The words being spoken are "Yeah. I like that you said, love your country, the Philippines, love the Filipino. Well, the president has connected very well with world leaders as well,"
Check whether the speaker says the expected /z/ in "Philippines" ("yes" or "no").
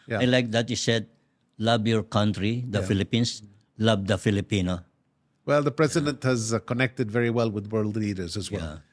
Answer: no